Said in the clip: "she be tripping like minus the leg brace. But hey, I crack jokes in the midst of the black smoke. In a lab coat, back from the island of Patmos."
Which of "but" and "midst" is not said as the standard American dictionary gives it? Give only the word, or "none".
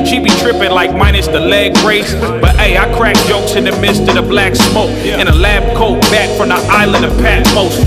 none